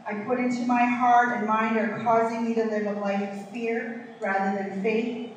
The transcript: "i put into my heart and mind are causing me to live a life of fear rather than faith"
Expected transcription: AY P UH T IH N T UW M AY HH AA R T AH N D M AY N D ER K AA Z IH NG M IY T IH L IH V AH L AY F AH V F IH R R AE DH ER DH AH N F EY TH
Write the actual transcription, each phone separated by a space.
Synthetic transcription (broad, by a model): AY P UH T IH N T UW M AY HH AA R T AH N M AY N D ER K AA Z IH NG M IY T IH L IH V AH L AY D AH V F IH R R AE DH ER DH AH N F EY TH